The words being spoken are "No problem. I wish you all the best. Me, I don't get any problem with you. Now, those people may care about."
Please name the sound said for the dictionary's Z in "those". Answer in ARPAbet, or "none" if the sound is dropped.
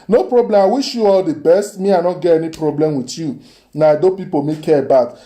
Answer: none